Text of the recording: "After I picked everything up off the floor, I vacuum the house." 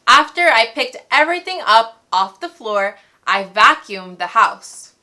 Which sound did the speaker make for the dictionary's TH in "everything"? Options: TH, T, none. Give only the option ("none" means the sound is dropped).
TH